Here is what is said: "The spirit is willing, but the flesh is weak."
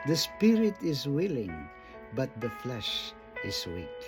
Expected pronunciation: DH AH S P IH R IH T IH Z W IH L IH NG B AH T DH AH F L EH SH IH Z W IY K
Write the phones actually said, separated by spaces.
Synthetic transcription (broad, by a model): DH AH S P IH R IH T IH Z W IH L IH NG B AH T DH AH F L EH SH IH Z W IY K